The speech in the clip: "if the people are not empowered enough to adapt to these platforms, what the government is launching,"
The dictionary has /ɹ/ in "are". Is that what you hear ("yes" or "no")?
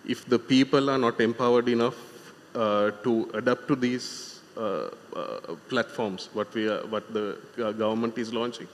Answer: yes